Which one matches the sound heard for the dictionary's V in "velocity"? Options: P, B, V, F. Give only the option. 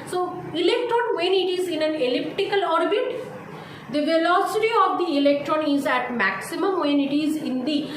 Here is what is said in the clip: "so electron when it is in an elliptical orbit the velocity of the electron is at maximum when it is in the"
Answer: V